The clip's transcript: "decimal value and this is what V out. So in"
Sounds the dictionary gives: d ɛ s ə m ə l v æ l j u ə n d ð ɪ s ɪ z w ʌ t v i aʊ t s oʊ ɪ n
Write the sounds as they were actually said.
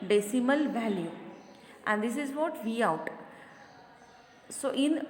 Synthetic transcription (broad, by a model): d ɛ s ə m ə l v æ l j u ə n d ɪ s ɪ z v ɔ t v i aʊ t s oʊ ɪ n